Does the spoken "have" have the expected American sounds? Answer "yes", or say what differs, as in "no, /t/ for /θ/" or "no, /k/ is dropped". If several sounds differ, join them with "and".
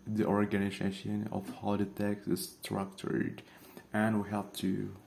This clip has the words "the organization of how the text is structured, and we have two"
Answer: no, /p/ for /v/